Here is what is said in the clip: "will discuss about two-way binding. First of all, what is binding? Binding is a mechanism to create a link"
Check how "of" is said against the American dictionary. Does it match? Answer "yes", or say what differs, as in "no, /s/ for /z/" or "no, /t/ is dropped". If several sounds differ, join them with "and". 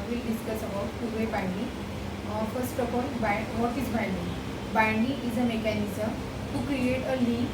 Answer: no, /p/ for /v/